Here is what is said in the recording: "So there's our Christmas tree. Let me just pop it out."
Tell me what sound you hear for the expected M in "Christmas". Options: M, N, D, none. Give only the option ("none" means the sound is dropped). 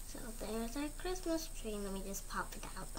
M